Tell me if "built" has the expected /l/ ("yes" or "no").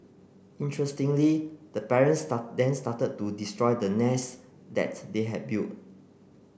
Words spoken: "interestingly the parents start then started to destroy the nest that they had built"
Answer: no